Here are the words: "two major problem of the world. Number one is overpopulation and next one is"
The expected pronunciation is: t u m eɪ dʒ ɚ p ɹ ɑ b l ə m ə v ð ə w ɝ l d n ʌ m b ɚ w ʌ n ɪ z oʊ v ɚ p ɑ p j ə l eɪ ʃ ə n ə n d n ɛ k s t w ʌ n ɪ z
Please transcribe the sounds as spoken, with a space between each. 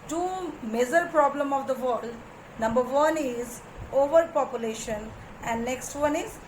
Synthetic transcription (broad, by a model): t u m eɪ z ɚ p ɹ ɑ b l ə m ə v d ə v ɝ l d n ʌ m b ɚ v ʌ n ɪ z oʊ v ɚ p ɑ p j ə l eɪ ʃ ə n ə n d n ɛ k s t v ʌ n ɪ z